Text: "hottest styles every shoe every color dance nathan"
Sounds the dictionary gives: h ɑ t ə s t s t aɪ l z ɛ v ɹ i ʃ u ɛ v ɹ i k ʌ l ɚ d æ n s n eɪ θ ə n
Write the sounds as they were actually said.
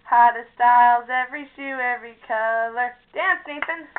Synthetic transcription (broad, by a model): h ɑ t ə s s t aɪ l z ɛ v ɹ i ʃ u ɛ v ɹ i k ʌ l ɚ d æ n s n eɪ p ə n